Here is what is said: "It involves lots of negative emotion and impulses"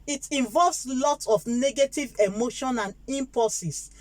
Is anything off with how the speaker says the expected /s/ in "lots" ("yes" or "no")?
yes